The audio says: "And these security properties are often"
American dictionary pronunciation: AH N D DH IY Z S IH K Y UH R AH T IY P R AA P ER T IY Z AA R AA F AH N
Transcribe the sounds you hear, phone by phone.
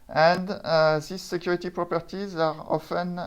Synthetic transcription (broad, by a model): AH N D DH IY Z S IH K Y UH R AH T IY P R AA P ER T IY Z AA R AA F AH N